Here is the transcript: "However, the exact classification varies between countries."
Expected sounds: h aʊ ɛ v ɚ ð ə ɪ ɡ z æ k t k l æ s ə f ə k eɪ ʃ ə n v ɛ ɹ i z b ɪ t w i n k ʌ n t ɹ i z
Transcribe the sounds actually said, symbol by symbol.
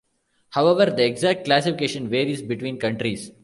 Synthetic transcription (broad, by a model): h aʊ ɛ v ɚ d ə ɪ ɡ z æ k t k l æ s ə f ə k eɪ ʃ ə n v ɛ ɹ i z b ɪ t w i n k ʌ n t ɹ i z